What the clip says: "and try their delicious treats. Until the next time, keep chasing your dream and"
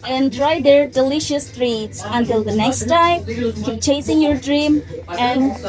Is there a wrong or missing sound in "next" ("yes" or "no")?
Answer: no